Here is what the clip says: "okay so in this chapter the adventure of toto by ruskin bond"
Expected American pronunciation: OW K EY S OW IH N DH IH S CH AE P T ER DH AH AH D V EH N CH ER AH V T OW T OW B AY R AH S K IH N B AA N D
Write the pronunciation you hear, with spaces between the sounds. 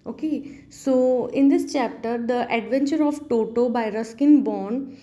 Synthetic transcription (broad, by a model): OW K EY S OW IH N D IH S CH AE P T ER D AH AH D V EH N CH ER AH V T OW T OW B AY R AH S K IH N B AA N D